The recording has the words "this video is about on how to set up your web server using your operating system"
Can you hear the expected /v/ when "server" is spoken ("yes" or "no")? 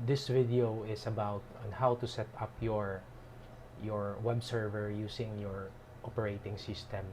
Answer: yes